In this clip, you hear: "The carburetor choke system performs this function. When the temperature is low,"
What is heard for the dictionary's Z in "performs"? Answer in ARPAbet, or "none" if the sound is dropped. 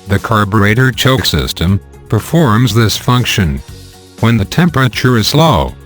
Z